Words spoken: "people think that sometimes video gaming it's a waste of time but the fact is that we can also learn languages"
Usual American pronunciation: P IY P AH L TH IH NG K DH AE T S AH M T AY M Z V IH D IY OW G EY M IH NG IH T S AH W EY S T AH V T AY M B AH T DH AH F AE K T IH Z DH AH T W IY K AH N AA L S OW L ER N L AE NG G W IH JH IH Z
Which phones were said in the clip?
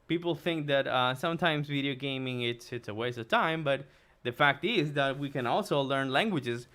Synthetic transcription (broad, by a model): P IY P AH L TH IH NG K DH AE T S AH M T AY M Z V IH D IY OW G EY M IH NG IH T S AH W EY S AH V T AY M B AH T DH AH F AE K T IH Z DH AH T W IY K AH N AA L S OW L ER N L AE NG G W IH JH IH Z